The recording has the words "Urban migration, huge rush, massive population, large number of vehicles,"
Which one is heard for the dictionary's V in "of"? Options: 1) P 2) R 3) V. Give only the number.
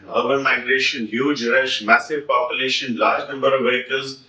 3